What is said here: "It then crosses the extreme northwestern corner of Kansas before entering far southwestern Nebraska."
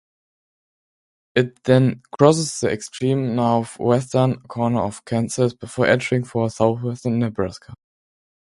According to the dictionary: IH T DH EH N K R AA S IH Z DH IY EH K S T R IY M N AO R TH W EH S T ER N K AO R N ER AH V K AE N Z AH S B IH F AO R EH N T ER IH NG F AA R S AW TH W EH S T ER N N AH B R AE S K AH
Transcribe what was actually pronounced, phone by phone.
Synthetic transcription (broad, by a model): IH T DH EH N K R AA S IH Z DH IY EH K S T R IY M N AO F W EH S T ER N K AO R N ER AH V K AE N S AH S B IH F AO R EH N T ER IH NG F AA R S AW TH W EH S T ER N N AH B R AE S K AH